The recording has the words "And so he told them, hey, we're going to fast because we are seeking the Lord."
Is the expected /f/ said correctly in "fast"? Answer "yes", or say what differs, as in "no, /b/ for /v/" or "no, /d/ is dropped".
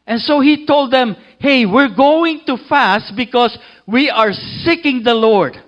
yes